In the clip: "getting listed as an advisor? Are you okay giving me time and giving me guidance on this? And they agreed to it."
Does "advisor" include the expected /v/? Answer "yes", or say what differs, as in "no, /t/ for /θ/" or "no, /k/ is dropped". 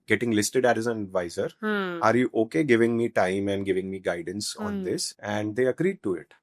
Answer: yes